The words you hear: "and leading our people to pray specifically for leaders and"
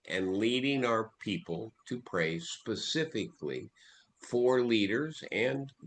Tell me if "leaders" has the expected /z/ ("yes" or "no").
yes